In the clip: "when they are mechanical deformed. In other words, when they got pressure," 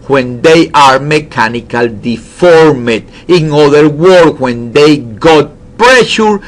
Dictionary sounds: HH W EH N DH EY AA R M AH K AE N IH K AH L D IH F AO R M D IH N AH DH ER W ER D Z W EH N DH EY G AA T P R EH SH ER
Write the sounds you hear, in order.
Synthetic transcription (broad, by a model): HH W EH N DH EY AA R M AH K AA N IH K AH L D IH F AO R M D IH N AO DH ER W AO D W EH N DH EY G AA T P R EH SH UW